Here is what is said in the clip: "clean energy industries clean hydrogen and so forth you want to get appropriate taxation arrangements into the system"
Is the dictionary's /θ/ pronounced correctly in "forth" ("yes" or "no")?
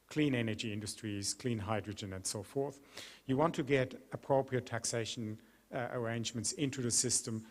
yes